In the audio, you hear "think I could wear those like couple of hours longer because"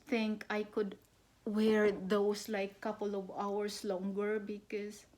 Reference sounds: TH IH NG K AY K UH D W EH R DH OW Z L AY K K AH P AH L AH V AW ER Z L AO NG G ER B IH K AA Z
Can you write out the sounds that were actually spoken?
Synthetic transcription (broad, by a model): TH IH NG K AY K UH D W EH R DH OW S L AY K K AH P AH L AH V AW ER S L AO NG G ER B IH K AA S